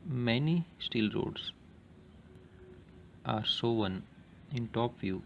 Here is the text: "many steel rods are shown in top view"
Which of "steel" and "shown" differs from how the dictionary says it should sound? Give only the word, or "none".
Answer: shown